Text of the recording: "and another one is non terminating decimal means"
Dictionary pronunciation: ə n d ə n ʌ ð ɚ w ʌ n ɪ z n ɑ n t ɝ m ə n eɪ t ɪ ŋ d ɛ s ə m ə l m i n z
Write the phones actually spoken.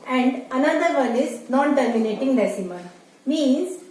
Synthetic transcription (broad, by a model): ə n d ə n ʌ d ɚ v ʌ n ɪ z n ɑ n t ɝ m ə n eɪ t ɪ ŋ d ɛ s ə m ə n m i n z